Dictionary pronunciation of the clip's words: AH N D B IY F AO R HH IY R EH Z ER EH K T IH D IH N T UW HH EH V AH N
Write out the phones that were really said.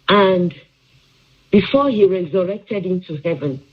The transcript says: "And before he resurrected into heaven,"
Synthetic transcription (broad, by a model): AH N D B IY F AO HH IY R EH Z ER EH K T IH D IH N T UW HH EH V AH N